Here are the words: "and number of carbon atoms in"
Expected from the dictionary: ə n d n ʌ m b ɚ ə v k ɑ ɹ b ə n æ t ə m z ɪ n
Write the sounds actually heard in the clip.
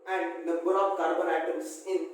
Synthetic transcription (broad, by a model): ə n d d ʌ b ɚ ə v k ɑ ɹ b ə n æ t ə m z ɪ n